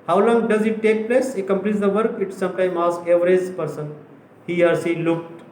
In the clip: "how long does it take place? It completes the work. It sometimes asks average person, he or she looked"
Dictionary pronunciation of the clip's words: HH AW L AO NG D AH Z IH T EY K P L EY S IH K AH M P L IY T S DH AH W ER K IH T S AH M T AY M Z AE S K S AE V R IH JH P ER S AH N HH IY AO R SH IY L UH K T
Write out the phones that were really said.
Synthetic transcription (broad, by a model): HH AW L AO NG D AH Z IH T EY K P L EY S IH K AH M P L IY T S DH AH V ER K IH T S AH M T AY M AA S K EH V R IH Z P ER S AH N HH IY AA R S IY L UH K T